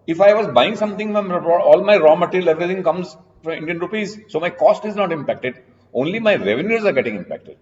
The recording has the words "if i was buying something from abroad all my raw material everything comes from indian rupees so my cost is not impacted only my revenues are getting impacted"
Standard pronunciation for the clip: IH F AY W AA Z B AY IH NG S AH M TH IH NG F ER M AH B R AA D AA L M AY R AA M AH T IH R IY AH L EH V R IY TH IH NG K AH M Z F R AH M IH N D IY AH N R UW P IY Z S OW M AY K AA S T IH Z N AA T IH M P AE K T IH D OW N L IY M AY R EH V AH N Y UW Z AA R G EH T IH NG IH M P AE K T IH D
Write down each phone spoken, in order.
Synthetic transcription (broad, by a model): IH F AY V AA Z B AY IH NG S AH M T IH NG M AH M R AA AA L M AY R AA M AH T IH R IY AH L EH V R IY T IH NG K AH M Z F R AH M IH N D IY AH N R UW P IY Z S OW M AY K AA S T IH Z N AA T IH M P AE K T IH D OW N L IY M AY R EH V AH N Y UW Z AA R G EH T IH NG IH M P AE K T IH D